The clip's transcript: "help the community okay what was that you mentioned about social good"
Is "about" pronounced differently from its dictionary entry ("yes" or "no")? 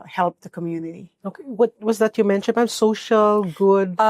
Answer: yes